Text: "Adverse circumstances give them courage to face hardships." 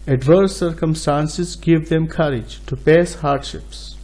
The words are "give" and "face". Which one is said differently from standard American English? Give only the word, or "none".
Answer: face